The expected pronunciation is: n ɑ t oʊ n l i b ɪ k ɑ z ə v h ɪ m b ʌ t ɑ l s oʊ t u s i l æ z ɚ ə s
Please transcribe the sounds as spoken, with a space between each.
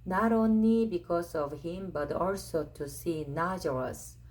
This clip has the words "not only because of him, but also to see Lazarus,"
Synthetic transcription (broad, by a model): n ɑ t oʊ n i b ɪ k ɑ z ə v h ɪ m b ʌ t ɑ l s oʊ t u s i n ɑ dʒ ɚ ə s